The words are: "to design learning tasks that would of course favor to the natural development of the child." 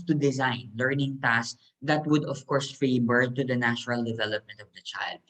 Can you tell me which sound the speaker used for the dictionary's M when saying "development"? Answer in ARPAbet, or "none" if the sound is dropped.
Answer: M